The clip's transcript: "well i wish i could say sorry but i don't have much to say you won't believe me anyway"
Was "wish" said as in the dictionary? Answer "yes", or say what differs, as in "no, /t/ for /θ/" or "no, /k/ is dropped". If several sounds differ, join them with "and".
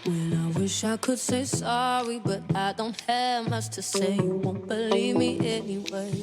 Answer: yes